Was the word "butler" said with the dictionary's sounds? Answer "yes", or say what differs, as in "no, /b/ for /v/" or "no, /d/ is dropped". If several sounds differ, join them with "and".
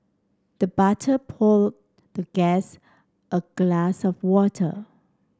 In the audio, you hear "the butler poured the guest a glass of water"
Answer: no, /l/ is dropped